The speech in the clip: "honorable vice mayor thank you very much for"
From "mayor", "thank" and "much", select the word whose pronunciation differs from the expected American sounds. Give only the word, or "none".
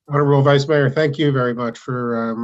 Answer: none